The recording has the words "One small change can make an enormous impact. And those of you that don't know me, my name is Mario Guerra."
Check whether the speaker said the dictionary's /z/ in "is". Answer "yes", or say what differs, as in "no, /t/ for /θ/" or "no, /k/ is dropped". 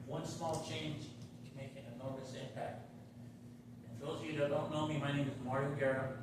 yes